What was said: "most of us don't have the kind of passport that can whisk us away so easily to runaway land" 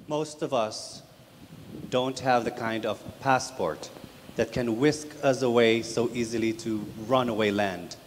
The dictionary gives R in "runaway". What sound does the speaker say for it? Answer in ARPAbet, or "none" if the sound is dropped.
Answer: R